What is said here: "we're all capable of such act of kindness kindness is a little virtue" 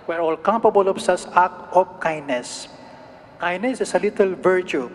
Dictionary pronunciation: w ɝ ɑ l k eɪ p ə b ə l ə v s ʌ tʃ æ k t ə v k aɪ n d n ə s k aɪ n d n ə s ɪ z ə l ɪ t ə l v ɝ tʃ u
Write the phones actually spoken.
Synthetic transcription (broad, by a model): w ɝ ɑ l k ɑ p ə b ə l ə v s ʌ s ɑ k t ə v k aɪ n n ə s k aɪ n n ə s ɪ s ə l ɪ t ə l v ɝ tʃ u